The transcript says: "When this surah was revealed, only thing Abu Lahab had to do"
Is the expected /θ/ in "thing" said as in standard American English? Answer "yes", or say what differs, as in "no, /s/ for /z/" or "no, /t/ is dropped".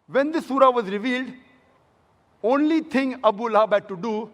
no, /t/ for /θ/